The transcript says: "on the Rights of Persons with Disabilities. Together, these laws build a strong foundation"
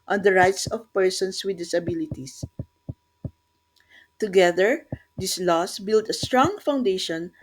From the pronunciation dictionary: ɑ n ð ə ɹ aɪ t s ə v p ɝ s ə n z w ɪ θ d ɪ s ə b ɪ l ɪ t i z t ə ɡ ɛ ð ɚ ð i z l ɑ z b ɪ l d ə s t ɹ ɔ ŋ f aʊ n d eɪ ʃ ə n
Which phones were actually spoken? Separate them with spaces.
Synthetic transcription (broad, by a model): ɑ n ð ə ɹ aɪ t s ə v p ɝ s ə n s w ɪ d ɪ s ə b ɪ l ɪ t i s t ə ɡ ɛ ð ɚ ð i s l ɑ s b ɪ l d ə s t ɹ ɔ ŋ f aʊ n d eɪ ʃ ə n